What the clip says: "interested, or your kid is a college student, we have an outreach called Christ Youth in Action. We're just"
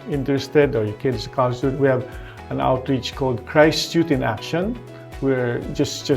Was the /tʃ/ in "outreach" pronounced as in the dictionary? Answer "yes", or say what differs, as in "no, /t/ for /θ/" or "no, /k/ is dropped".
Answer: yes